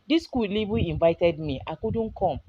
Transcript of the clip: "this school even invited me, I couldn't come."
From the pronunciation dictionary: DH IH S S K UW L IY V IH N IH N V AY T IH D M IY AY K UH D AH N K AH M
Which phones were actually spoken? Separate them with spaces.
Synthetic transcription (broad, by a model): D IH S S K UW L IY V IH IH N V AY T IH D M IY AY K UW D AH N K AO M